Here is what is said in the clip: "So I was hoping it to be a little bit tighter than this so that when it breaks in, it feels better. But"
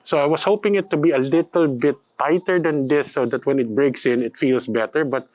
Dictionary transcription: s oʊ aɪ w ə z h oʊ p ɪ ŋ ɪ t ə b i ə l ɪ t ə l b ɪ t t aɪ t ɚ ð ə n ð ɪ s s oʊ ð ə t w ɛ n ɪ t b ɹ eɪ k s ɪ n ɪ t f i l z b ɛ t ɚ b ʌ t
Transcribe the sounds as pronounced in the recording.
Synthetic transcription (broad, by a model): s oʊ aɪ w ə s h oʊ p ɪ ŋ ɪ t ə b i ə l ɪ t ə l b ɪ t t aɪ t ɚ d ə n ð ɪ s s oʊ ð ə t w ɛ n ɪ t b ɹ eɪ k s ɪ n ɪ t f i l s b ɛ t ɚ b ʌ t